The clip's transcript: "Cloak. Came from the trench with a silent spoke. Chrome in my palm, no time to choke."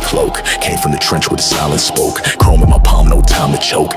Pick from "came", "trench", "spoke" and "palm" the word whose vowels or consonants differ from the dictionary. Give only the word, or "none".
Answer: none